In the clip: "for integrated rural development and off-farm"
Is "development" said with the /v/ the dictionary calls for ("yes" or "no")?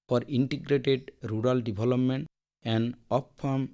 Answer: no